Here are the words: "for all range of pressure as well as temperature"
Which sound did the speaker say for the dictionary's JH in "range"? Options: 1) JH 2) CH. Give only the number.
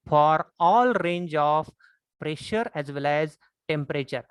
1